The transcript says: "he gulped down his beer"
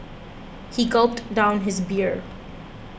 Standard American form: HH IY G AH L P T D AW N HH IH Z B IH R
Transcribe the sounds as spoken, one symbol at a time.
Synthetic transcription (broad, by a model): HH IY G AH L P T D AW N HH IH Z B IH R